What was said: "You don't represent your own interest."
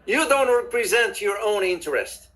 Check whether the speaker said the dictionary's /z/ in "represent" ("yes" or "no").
yes